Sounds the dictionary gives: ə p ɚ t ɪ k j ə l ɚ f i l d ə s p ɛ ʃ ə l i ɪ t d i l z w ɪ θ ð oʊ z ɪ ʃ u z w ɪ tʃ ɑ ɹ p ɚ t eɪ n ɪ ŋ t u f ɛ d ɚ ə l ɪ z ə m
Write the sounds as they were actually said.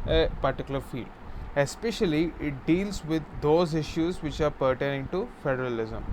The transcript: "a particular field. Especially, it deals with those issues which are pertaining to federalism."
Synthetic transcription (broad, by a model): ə p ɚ t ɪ k j l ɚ f i l d ə s p ɛ ʃ ə l i ɪ t d i l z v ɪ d oʊ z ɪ ʃ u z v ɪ tʃ ɑ ɹ p ɚ t eɪ n ɪ ŋ t u f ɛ d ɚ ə l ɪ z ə m